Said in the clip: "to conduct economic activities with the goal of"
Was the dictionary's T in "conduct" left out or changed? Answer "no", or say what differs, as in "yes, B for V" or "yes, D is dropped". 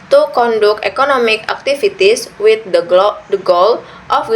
yes, T is dropped